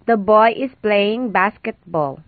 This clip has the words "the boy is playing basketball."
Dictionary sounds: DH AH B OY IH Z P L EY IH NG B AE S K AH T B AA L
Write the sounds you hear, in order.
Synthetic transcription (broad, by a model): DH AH B OY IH S P L EY IH NG B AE S K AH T B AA L